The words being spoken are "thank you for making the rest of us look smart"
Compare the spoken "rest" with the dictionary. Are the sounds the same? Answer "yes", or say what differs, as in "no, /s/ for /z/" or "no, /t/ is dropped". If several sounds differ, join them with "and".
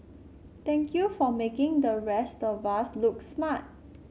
yes